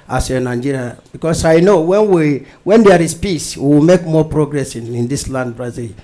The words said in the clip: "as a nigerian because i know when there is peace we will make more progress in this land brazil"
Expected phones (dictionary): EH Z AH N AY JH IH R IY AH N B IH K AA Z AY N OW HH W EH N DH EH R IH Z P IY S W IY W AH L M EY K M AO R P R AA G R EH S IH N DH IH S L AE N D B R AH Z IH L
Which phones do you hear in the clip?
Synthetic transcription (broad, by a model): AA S AH N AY JH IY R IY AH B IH K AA S AY N OW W W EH N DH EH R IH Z P IY S W IY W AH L M EY K M AO P R AA G R EH S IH N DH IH S L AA N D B R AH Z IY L